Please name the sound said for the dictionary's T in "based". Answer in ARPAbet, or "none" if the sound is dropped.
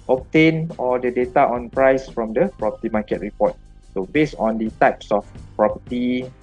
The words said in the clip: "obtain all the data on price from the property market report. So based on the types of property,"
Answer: none